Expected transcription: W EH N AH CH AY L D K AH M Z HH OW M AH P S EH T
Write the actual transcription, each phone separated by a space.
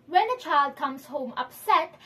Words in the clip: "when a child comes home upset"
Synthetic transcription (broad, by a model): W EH N AH CH AY L D K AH M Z HH OW M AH P S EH T